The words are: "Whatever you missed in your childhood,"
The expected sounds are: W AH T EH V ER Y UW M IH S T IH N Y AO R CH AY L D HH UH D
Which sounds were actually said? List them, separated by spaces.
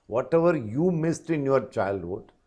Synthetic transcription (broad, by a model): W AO T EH V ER Y UW M IH S T IH N Y AO R CH AY L D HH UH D